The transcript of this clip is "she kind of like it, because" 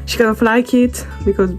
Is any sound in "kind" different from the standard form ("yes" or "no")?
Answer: yes